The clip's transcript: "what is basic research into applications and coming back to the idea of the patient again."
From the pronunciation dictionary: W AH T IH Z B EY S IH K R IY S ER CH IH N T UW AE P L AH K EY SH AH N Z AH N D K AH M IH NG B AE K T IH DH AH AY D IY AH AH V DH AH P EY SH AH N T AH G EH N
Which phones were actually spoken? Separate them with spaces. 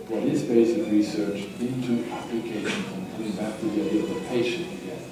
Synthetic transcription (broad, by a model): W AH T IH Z B EY S IH K R IY S ER CH IH N T UW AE P L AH K EY SH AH N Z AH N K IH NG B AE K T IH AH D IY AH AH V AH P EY AH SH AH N